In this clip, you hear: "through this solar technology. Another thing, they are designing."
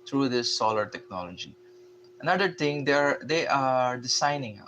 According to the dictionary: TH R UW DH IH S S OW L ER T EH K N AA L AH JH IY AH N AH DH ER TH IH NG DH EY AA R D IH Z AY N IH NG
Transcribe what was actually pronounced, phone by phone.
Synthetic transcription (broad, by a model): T R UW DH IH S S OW L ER T EH K N AA L AH JH IY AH N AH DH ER T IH NG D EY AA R D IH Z AY N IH NG